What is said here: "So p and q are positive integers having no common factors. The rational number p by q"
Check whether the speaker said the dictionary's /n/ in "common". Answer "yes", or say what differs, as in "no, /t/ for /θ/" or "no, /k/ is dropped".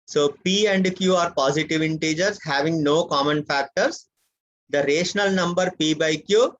yes